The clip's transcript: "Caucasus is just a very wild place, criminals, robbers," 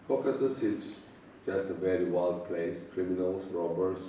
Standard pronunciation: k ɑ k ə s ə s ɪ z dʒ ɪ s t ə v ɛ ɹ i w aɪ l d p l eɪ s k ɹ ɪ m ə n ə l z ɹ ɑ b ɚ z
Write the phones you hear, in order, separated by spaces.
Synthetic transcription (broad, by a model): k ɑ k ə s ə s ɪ s dʒ ɪ s t ə v ɛ ɹ i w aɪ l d p l eɪ s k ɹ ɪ m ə n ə l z ɹ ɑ b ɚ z